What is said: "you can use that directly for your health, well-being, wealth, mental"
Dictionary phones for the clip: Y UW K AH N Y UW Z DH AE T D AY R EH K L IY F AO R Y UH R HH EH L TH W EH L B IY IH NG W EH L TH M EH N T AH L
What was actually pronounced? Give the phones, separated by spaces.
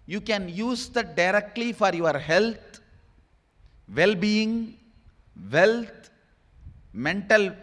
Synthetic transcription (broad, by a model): Y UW K AH N Y UW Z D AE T D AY R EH K L IY F AO R Y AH R HH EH L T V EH L B IY IH NG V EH L T M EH N T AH L